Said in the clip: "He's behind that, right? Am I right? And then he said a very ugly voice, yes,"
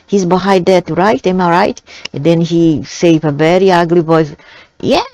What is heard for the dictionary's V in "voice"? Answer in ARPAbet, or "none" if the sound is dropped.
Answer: B